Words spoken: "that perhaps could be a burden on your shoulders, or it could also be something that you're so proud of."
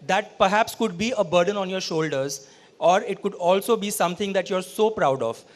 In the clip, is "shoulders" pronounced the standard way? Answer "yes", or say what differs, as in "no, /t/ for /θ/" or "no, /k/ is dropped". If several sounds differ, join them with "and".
yes